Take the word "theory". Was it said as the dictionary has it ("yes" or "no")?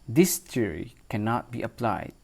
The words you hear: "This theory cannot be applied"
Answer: no